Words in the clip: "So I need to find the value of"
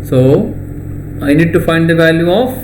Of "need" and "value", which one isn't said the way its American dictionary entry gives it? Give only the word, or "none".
none